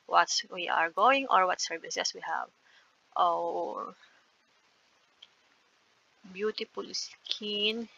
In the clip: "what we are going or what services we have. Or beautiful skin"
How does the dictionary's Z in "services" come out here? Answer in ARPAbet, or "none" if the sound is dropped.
S